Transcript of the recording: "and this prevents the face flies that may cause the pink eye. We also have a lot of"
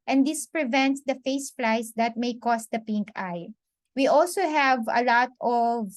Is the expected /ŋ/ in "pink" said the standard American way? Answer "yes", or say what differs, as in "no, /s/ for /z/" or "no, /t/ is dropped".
yes